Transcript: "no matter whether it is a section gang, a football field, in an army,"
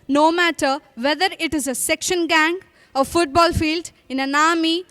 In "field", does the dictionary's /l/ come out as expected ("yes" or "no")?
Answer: yes